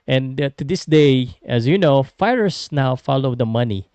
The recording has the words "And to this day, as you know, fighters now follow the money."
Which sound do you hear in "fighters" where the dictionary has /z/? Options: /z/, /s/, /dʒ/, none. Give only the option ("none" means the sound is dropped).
/s/